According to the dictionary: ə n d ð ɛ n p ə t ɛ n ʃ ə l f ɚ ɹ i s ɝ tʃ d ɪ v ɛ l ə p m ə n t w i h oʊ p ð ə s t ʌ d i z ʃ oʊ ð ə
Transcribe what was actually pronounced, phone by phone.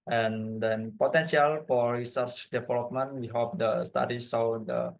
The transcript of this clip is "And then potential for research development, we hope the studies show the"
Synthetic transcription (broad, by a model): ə n d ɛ n p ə t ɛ n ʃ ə l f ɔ ɹ i s ɝ tʃ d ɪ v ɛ l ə p m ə n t w i h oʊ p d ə s t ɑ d i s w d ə